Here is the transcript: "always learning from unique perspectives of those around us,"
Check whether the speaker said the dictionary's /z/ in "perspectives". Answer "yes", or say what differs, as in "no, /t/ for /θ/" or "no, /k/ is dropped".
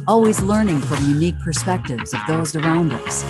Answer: yes